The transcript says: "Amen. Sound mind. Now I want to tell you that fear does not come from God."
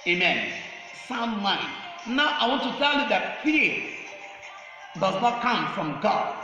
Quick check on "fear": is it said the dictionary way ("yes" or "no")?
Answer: no